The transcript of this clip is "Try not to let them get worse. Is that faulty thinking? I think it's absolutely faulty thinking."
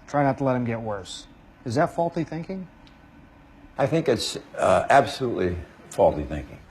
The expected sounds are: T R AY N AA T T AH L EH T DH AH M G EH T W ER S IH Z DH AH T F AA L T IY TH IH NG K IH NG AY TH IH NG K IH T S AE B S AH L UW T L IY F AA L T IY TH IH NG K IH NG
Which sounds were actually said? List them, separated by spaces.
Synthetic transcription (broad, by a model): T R AY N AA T T AH L EH T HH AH M G EH T W ER S IH Z DH AH T F AA L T IY TH IH NG K IH NG AY TH IH NG K IH T S AE B S AH L UW T L IY F AA L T IY TH IH NG K IH NG